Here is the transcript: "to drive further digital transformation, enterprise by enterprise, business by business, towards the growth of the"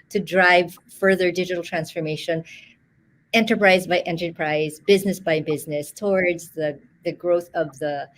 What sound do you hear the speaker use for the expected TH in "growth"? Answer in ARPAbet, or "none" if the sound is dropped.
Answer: TH